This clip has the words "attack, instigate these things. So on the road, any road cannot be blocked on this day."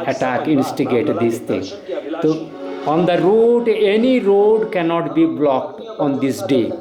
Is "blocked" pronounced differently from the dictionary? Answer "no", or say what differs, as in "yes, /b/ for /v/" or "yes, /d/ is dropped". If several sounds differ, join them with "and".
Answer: no